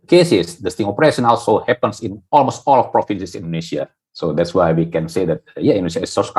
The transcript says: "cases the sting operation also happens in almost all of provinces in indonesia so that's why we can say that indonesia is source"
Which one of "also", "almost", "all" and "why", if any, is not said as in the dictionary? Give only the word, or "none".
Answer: none